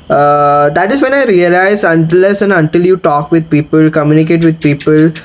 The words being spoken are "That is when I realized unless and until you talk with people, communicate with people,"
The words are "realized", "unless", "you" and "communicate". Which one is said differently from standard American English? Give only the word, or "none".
realized